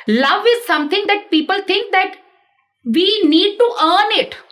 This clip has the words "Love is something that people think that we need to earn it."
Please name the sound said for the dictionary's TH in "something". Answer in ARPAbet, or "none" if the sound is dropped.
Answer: T